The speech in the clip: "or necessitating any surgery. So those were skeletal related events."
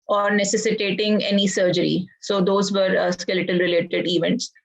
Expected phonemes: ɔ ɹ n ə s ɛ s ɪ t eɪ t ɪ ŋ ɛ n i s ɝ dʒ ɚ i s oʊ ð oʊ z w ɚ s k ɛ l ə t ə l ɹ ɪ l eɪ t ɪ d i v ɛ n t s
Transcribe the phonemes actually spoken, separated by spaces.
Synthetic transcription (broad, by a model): ɔ ɹ n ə s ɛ s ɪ t eɪ t ɪ ŋ ɛ n i s ɝ dʒ ɚ i s oʊ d oʊ z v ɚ s k ɛ l ə t ə l ɹ ɪ l eɪ t ɪ d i v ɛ n t s